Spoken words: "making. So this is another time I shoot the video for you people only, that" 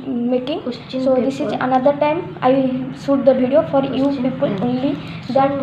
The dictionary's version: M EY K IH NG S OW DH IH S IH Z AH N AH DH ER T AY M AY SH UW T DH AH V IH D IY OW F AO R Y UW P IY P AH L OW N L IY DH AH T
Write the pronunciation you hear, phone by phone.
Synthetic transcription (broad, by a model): M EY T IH NG S OW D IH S IH Z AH N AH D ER T AY M AY S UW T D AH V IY D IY OW F AO R Y UW P IY P AH L OW N L IY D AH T